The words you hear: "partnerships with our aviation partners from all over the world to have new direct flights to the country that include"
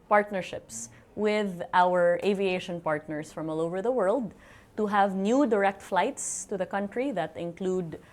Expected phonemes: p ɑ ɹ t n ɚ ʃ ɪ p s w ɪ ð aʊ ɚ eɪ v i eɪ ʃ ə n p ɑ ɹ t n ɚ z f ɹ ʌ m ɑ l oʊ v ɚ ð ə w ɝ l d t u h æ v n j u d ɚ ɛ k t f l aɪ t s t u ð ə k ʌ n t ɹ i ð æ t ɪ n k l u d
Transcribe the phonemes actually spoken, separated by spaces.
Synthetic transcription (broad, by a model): p ɑ ɹ t n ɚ ʃ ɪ p s w ɪ ð aʊ ɚ eɪ v i eɪ ʃ ə n p ɑ ɹ t n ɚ s f ɹ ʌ m ɑ l oʊ v ɚ ð ə w ɝ l d t u h æ v n j u d ɚ ɛ k t f l aɪ t s t u ð ə k ʌ n t ɹ i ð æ t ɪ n k l u d